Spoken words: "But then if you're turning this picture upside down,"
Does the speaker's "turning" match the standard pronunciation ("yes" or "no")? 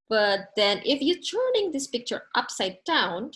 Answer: yes